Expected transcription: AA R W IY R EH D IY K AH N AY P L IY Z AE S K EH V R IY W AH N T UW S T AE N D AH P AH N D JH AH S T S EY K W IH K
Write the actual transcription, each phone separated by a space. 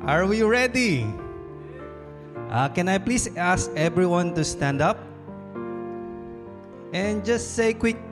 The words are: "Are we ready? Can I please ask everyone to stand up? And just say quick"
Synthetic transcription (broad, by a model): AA R W IY R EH D IY K AH N AY P L IY S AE S K EH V R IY W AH N T UW S T AE N D AH P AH N JH AH S T S EY K W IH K